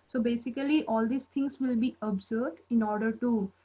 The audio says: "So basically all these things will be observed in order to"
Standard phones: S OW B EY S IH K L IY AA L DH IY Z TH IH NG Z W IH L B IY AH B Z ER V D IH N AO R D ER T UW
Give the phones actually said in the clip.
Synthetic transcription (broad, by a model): S OW B EY S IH K L IY AA L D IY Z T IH NG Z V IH L B IY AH B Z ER D IH N AO R D ER T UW